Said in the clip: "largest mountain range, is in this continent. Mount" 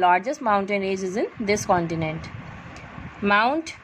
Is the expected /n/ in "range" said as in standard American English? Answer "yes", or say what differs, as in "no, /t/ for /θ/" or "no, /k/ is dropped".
no, /n/ is dropped